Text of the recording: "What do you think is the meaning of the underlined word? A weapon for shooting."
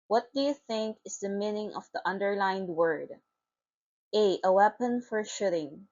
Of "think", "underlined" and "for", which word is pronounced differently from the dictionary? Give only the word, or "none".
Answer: none